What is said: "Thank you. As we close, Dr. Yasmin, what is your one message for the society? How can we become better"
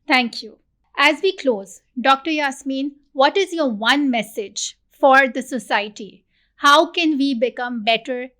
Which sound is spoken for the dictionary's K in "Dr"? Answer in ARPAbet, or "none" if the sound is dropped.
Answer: K